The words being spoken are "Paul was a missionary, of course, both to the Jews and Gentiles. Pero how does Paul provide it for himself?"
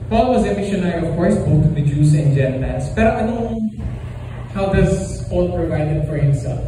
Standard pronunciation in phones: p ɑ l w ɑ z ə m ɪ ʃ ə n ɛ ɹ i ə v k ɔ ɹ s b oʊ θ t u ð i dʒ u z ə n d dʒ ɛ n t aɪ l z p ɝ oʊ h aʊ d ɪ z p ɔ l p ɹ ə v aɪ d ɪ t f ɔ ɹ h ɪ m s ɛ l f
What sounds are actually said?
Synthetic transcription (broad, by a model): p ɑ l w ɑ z ə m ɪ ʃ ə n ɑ i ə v k ɔ ɹ s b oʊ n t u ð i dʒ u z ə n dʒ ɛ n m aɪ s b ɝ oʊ h aʊ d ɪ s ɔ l p ɹ ə v aɪ d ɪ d f ɔ ɹ h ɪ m s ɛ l f